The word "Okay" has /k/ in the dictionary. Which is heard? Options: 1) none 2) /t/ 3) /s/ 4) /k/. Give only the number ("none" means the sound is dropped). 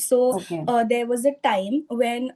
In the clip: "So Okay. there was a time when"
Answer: 1